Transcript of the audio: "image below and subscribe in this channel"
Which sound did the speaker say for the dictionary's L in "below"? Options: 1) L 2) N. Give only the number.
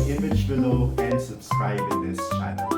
2